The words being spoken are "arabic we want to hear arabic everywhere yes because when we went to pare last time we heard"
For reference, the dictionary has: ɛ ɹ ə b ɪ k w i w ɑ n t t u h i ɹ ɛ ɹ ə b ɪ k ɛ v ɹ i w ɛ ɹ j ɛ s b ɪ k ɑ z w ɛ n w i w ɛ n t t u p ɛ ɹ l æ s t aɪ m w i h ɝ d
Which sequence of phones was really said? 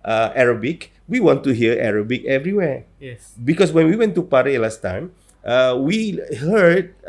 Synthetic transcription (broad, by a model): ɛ ɹ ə b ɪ k w i w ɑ n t t u h i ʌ ɛ ɹ ə b ɪ k ɛ v ɹ i w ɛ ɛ b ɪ k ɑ s w ɛ n w i w ɛ n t t u p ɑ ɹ l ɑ s t aɪ m w i h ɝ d